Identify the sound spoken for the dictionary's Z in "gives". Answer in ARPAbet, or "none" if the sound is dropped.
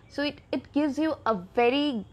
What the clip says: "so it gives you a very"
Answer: Z